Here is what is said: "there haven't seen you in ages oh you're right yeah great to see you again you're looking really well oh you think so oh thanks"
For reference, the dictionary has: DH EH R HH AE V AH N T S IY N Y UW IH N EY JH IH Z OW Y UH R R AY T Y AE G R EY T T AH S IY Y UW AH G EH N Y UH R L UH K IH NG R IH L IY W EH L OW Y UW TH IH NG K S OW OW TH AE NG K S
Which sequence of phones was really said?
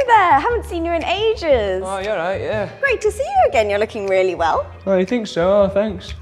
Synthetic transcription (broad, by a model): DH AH HH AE V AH N T S IY N Y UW IH N EY JH IH Z OW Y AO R R AY T Y AE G R EY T T AH S IY Y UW AH G EH N Y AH R L UH K IH NG R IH L IY W EH L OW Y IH TH IH NG K S OW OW TH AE NG K S